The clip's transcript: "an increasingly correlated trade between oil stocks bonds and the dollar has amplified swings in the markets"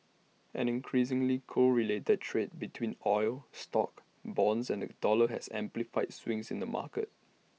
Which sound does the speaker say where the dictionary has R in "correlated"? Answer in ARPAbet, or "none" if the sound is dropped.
R